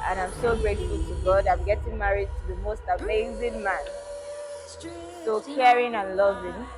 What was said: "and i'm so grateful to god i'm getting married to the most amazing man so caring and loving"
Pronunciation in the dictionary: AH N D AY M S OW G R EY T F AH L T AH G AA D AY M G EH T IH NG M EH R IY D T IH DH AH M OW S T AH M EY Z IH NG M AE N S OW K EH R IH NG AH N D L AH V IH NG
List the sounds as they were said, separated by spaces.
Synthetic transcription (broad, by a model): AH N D AY M S OW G R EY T AH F T AH G AA D AY M G EH T IH NG M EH R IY D T IH DH AH M OW S T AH M EY Z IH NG M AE N S OW K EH R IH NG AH N L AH V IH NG